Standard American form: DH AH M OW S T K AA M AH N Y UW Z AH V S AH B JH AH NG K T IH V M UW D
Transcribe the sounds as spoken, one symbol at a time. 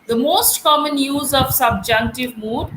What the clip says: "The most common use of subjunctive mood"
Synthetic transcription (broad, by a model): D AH M OW S T K AA M AH N Y UW Z AH V S AH B JH AH NG K T IH V M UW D